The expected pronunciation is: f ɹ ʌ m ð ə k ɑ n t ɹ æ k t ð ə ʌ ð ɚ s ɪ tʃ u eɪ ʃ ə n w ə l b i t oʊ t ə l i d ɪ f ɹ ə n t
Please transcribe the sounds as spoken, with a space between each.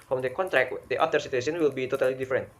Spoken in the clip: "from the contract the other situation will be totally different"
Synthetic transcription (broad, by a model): f ɹ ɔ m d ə k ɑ n t ɹ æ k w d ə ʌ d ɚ s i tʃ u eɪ s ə n w ə l b i t oʊ t ə l i d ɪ f ɹ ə n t